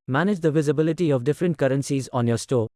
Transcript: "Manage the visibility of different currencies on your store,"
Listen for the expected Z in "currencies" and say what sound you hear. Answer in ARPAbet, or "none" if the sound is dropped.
Z